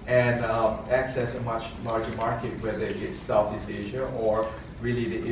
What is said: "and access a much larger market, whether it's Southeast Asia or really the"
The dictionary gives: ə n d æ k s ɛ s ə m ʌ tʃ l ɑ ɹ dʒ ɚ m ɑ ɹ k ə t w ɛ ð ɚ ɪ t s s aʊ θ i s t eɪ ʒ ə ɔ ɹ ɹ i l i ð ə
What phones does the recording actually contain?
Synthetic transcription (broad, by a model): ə n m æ k s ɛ s ə m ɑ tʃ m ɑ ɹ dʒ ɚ m ɑ ɹ k ə t w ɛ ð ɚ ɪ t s s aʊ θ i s eɪ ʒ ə ɔ ɹ ɹ i l i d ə